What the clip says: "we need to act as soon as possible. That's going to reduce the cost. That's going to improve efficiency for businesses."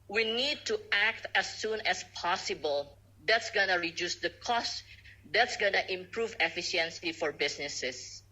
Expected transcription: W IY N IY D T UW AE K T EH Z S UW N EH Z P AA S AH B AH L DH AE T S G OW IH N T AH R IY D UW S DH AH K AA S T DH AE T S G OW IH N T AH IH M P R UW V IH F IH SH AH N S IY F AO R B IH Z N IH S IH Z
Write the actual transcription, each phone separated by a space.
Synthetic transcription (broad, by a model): W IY N IY D T UW AE K T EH S UW N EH S P AA S AH B AH L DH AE T S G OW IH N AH R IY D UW S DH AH K AA S T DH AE T S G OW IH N T IH M P R UW V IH F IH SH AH N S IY F AO R B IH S N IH S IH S